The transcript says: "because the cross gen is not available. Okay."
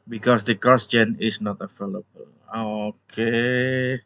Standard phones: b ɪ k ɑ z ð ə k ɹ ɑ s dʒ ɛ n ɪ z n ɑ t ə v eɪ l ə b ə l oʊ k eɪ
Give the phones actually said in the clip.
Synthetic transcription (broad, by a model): b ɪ k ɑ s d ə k ɑ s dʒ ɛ n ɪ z n ɑ t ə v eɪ l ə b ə l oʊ k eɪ